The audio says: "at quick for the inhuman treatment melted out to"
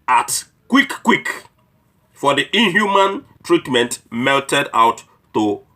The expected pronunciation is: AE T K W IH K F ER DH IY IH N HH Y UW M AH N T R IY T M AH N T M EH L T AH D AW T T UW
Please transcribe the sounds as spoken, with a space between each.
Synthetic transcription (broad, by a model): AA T K W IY K F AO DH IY IH N HH Y UW M AH N T R IY T M AH N T M EH L T AH D AW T T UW